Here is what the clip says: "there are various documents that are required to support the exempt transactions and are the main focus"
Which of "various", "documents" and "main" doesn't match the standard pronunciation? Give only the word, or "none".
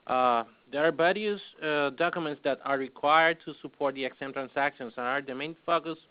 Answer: various